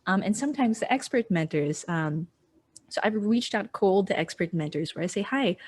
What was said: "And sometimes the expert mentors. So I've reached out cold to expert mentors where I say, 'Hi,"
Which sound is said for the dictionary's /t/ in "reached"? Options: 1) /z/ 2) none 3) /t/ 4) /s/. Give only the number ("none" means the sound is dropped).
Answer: 3